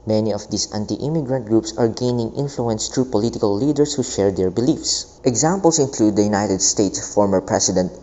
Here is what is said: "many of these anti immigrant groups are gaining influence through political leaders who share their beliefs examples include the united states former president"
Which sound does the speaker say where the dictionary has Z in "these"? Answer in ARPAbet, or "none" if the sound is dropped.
S